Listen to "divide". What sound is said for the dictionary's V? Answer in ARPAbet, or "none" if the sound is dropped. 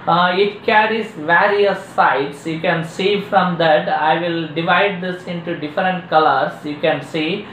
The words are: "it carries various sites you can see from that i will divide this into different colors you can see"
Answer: V